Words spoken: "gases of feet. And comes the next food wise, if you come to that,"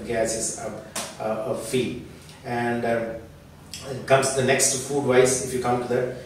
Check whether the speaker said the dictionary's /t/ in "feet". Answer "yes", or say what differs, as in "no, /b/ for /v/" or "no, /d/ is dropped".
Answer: no, /t/ is dropped